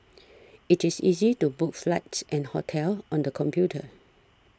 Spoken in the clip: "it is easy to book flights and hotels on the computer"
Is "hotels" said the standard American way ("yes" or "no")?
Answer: no